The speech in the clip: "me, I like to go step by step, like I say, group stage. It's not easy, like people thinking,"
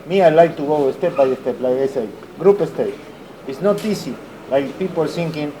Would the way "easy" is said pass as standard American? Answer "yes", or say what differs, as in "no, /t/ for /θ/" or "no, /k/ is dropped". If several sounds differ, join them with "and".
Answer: no, /s/ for /z/